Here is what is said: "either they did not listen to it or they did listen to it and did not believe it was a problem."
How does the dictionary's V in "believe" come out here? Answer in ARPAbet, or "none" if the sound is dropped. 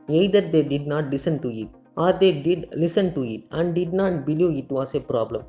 none